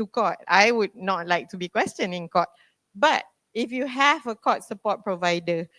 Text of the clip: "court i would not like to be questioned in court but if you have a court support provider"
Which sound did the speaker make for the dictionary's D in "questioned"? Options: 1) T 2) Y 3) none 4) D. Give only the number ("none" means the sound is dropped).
3